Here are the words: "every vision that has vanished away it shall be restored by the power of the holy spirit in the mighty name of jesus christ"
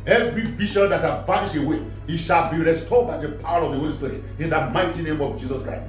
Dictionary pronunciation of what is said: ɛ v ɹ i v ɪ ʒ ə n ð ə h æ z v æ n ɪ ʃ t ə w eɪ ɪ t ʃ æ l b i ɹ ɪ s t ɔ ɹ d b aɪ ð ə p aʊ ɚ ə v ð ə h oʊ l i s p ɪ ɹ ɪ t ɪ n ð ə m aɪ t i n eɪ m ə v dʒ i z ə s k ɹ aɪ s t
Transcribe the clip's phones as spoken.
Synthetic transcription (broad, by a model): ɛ v ɹ i v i ʃ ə n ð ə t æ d v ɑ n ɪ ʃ ə w eɪ ɪ t ʃ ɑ l b i ɹ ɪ s t ɔ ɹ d b aɪ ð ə p aʊ ɚ ə v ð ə h oʊ l i s p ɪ ɹ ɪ t ɪ n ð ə m aɪ t i n eɪ m ə v dʒ i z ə s k ɹ aɪ s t